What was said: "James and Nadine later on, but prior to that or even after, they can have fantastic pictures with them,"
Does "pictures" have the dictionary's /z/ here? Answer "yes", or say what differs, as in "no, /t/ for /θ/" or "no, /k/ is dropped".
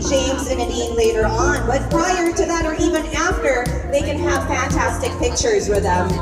yes